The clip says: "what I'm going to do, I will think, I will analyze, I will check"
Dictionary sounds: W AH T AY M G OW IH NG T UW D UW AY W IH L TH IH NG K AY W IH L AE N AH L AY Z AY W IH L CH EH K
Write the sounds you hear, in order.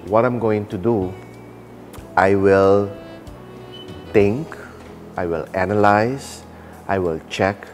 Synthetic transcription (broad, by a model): W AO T AY M G OW IH NG T UW D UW AY W IH L T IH NG K AY W IH L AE N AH L AY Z AY W IH L CH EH K